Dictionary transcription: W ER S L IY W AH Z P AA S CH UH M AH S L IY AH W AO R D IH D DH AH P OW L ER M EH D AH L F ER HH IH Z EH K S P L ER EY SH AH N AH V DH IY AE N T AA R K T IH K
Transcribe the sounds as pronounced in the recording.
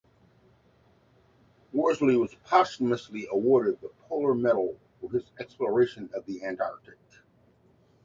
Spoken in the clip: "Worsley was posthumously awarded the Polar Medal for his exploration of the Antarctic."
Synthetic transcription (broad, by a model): W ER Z L IY W AH Z P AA S UH M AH S L IY AH W AO R D IH D DH AH P OW L ER M EH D L F ER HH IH Z EH K S P L ER EY SH AH N AH V DH IY AE N T AA R K T IH K